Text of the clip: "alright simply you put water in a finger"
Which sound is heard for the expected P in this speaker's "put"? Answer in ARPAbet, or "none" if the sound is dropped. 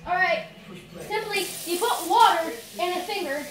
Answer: P